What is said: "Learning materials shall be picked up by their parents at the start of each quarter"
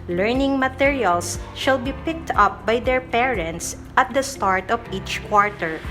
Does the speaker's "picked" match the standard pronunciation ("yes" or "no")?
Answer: yes